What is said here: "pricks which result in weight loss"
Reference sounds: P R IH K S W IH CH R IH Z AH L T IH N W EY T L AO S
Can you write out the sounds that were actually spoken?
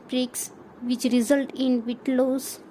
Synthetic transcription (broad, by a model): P R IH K S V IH CH R IH Z AH L T IH N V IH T L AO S